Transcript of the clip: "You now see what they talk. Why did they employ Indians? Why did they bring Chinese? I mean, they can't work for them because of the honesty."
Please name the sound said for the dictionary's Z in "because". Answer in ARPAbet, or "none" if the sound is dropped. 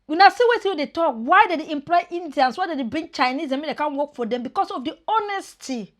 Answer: S